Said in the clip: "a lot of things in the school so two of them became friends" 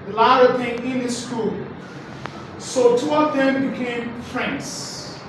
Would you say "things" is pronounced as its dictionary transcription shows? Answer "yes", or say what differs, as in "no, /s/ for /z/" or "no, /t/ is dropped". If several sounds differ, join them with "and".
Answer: no, /z/ is dropped